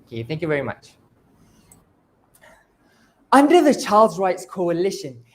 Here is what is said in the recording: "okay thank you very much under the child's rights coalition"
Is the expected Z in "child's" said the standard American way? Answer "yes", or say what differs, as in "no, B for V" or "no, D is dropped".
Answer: yes